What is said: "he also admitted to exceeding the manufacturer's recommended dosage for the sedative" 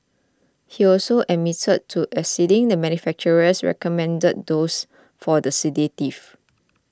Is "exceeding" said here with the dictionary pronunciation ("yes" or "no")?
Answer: no